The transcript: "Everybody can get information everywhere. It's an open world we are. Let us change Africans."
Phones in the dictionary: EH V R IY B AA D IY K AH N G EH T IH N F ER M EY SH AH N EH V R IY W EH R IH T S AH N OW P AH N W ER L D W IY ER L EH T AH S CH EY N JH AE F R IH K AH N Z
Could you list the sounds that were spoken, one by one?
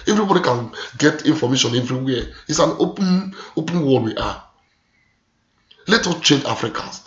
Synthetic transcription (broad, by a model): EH V R IY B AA D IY K AH N G EH T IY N F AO M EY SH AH N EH V R IY W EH IH T S AH N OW P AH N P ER W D W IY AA L EH T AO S CH EY N JH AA F R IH K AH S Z